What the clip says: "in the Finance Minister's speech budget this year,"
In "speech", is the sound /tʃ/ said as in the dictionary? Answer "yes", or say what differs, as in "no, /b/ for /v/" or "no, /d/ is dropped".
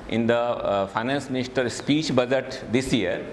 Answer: yes